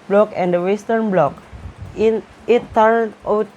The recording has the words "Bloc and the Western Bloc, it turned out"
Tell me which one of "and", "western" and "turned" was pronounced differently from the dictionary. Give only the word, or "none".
turned